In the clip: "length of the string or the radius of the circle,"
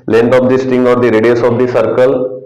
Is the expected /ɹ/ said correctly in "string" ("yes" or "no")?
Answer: no